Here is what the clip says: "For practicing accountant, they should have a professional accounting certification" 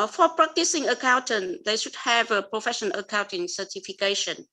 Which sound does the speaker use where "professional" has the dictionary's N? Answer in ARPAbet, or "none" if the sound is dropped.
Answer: none